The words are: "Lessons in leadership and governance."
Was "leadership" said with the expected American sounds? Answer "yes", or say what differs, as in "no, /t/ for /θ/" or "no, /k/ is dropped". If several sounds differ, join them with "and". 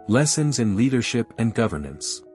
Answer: yes